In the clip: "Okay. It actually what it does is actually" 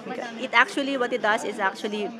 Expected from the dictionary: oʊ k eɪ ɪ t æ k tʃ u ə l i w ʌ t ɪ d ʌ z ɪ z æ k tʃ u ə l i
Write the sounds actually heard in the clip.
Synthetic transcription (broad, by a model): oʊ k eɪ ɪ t æ k tʃ u ə l i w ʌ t ɪ d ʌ s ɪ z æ k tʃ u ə l i